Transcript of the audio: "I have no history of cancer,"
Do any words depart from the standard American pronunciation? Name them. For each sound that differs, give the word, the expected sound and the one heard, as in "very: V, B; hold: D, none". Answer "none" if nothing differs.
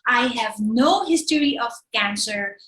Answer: none